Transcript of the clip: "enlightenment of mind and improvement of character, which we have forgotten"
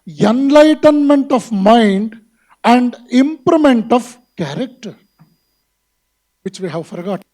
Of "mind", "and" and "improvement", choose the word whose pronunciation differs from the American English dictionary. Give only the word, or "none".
improvement